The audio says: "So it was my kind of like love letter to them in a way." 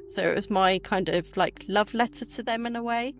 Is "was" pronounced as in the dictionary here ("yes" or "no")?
yes